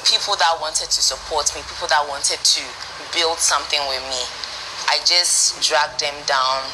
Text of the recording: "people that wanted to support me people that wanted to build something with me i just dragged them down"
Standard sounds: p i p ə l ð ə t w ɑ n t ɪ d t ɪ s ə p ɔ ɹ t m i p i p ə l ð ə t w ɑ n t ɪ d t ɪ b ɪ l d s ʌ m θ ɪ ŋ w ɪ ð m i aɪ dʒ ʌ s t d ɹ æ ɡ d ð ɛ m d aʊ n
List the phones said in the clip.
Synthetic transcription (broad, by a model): p i p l ð ə t w ɑ n t ɪ d t ɪ s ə p ɔ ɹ t m i p i p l ð ə t w ɑ n t ɪ d t ɪ b ɪ l d s ʌ m θ ɪ ŋ w ɪ ð m i aɪ dʒ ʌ s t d ɹ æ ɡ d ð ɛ m d aʊ n